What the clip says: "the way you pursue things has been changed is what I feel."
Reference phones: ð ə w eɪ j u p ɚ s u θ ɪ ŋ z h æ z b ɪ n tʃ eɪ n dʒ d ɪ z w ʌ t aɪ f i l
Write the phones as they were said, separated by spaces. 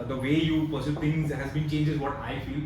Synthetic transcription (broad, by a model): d ə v eɪ j u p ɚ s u t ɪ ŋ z h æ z b ɪ n tʃ eɪ n dʒ ɪ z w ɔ t aɪ f i l